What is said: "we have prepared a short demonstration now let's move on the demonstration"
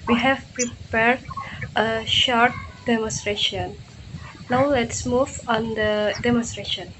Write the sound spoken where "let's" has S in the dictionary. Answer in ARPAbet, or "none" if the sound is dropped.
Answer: S